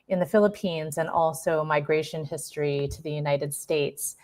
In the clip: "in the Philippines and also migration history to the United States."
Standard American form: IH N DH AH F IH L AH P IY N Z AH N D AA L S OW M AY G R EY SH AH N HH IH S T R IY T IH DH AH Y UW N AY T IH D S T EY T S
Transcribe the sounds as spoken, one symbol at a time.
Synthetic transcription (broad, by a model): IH N DH AH F IH L AH P IY N Z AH N AA L S OW M AY G R EY SH AH N HH IH S T R IY T IH DH AH Y UW N AY T IH D S T EY T S